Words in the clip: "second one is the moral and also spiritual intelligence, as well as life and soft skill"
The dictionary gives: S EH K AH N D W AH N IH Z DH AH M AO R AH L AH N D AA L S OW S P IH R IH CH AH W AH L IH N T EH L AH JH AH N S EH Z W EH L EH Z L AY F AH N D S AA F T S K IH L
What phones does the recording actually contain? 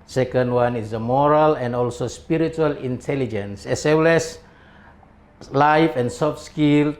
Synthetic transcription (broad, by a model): S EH K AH N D W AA N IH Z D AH M AO R AH L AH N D AA L S OW S P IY R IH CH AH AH L IH N T EH L AH JH AH N S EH S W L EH S L AY F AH N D S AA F S K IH L